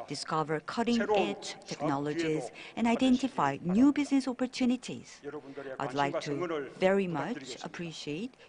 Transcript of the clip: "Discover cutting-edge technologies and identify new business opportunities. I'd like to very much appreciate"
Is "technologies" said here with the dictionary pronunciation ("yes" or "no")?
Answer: yes